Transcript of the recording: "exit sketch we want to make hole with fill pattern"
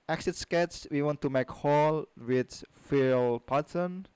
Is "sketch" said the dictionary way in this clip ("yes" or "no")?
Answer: no